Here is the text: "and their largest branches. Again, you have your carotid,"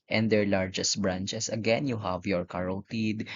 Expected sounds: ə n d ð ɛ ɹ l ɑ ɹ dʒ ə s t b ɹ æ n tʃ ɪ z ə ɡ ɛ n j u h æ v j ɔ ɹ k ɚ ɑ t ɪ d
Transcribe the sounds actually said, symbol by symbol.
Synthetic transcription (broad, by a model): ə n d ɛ ɹ l ɑ ɹ dʒ ə s t b ɹ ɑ n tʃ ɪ s ə ɡ ɛ n j u h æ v j ɔ ɹ k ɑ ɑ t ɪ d